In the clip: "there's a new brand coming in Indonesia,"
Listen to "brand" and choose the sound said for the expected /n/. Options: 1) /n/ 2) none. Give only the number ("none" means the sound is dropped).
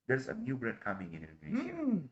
2